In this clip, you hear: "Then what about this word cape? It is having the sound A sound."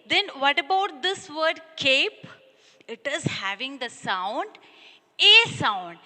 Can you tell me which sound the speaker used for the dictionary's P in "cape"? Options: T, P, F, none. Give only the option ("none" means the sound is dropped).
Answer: P